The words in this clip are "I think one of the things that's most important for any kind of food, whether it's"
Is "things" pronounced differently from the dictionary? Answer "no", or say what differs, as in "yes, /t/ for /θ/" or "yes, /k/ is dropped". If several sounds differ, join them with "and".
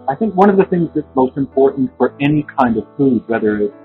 no